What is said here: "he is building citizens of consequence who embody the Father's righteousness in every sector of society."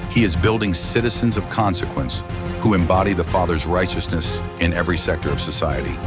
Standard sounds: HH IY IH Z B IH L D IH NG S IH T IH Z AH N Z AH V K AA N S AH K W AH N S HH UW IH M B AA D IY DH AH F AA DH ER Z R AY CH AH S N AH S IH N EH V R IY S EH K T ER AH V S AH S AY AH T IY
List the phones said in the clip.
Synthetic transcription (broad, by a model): HH IY IH Z B IH L D IH NG S IH T IH Z AH N Z AH V K AA N S AH K W AH N S HH UW IH M B AA D IY DH AH F AA DH ER Z R AY CH AH S N AH S IH N EH V R IY S EH K T ER AH V S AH S AY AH T IY